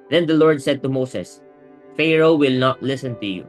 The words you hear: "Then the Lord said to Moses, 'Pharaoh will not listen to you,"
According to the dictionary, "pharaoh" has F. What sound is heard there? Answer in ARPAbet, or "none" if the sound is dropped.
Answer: F